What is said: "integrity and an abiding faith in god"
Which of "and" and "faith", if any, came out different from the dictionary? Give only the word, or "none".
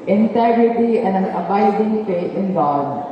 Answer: faith